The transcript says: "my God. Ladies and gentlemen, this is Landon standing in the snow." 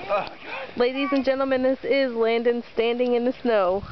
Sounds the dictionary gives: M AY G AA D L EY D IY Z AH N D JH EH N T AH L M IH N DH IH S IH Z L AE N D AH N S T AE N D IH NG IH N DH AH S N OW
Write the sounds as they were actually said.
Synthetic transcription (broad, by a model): L EY D IY Z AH N JH EH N T L M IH N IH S IH Z L AE N D AH N S T AE N D IH NG IH N DH AH S N OW